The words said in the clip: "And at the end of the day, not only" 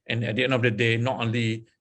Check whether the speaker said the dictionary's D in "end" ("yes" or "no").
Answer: no